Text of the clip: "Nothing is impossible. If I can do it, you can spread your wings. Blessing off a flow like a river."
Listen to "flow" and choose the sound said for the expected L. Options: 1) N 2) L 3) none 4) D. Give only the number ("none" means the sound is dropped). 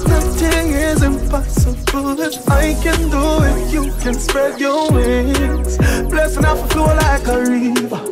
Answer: 3